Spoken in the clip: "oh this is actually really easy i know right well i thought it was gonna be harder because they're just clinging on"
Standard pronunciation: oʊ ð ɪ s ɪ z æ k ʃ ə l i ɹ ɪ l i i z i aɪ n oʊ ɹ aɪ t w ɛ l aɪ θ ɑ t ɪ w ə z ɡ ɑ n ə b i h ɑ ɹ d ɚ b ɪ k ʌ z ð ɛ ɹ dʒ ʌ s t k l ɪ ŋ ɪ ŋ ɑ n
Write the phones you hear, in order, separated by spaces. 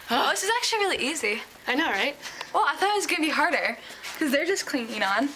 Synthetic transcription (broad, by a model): oʊ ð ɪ s ɪ z æ k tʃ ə l i ɹ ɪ l i i z i aɪ n oʊ ɹ aɪ t w ɛ l aɪ θ ɑ t ɪ w ə z ɡ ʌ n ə b i h ɑ ɹ d ɚ k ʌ z ð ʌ ɹ dʒ ʌ s k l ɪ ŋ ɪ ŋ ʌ n